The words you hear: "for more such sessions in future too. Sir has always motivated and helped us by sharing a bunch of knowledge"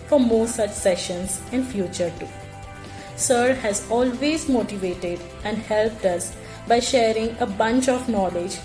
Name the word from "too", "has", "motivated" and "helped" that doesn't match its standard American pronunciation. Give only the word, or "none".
none